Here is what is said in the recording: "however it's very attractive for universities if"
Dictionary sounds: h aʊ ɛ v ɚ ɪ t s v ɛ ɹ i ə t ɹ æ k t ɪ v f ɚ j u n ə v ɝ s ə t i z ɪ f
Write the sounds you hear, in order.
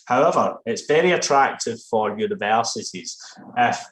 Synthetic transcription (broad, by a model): h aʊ ɛ v ɚ ɪ t s v ɛ ɹ i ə t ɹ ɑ k t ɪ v f ɚ j u n ə v ɝ s ə t i z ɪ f